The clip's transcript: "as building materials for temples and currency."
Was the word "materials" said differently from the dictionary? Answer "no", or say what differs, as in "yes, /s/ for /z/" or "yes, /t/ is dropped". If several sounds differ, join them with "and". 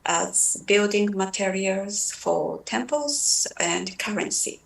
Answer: no